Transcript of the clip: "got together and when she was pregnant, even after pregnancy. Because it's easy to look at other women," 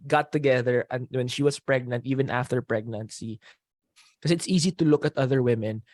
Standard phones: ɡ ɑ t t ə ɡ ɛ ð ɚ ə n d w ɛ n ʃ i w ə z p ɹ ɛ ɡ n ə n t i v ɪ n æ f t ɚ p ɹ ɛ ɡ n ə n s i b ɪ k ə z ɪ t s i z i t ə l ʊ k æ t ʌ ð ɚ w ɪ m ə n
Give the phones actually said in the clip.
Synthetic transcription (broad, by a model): ɡ ɑ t t ə ɡ ɛ ð ɚ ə n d w ɛ n ʃ i w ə s p ɹ ɛ ɡ n ə n t i v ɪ n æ f t ɚ p ɹ ɛ ɡ n ə n s i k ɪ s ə ɪ t s i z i t ə l ʊ k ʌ t ʌ ð ɚ w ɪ m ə n